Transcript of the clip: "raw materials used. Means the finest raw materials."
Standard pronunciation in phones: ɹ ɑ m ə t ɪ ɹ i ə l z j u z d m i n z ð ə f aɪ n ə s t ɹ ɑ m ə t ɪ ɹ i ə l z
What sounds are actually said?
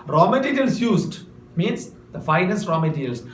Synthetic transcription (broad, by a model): ɹ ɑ m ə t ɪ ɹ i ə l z j u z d m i n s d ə f aɪ n ə s t ɹ ɑ m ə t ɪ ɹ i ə l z